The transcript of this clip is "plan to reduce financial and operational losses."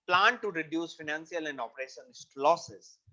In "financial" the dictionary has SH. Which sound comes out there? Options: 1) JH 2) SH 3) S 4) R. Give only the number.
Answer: 3